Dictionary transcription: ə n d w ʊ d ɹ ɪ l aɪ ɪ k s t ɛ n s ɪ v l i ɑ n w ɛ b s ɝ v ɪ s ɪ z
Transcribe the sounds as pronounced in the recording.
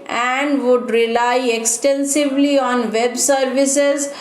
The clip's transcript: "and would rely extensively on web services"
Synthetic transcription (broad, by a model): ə n d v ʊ d ɹ ɪ l aɪ ɪ k s t ɛ n s ɪ v l i ɑ n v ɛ b s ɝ v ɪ s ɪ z